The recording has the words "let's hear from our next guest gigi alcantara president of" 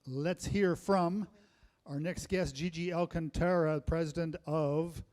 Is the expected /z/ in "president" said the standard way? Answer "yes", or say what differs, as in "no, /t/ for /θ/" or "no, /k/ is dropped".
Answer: yes